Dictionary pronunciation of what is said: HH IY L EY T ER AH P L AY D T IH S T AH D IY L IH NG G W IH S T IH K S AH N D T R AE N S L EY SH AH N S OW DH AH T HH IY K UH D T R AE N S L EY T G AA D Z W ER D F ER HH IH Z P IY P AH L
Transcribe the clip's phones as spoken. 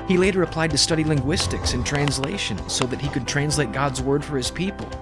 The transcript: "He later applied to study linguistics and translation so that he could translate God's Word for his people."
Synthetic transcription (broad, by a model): HH IY L EY T ER AH P L AY D T IH S T AH D IY L IH NG G W IH S T IH K S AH N T R AE N S L EY SH AH N S OW DH AH T HH IY K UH D T R AE N S L EY T G AA D Z W ER D F ER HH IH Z P IY P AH L